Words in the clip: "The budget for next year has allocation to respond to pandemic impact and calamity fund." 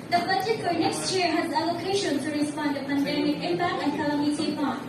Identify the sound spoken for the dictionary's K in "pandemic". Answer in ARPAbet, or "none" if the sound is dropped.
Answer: none